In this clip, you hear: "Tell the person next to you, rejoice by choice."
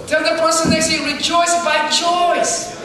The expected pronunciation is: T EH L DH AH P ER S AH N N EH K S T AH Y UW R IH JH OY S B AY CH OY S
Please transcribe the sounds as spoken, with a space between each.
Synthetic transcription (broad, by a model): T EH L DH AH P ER S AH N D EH S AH R IH JH OY S B AY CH OY S